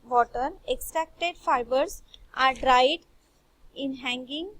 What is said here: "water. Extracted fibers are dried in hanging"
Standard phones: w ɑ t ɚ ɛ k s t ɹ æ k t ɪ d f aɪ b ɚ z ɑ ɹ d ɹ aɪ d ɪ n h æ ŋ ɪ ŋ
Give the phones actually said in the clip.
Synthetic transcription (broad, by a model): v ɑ t ɚ ɛ k s t ɹ æ k t ɪ d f aɪ b ɚ s ɑ ɹ d ɹ aɪ d ɪ n h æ ŋ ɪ ŋ